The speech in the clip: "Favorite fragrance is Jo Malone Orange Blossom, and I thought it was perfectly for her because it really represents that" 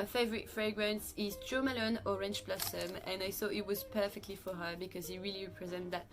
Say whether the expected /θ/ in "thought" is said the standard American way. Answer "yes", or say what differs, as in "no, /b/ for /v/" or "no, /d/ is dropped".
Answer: yes